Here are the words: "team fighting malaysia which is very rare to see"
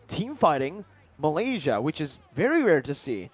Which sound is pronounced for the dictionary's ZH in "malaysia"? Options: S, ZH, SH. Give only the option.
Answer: ZH